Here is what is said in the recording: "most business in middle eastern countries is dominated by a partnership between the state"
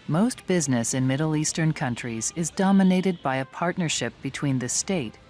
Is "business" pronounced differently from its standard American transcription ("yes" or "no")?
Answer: no